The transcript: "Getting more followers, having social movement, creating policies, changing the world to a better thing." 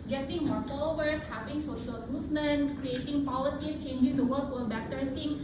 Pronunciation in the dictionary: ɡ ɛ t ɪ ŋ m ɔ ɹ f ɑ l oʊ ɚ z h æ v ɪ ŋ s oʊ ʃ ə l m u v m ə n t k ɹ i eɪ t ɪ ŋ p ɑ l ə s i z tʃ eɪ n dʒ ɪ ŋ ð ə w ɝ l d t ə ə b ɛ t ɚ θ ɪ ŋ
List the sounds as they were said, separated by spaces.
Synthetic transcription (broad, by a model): ɡ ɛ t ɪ ŋ m ɔ ɹ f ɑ l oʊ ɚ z h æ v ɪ ŋ s oʊ ʃ ə l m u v m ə n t k ɹ i eɪ t ɪ ŋ p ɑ l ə s i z tʃ eɪ n dʒ ɪ ŋ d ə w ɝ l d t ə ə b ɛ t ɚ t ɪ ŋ